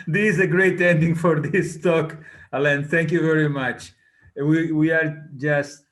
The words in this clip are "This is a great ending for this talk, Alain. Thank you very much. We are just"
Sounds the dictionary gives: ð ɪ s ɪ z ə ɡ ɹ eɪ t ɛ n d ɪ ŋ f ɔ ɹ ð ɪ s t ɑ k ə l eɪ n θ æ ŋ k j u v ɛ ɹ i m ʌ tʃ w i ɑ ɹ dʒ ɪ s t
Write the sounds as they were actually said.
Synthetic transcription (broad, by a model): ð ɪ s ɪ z ə ɡ ɹ eɪ t ɛ n d ɪ ŋ f ɔ ɹ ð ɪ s t ɑ k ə l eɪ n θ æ ŋ k j u v ɛ ɹ i m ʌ tʃ w i ɑ ɹ dʒ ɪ s t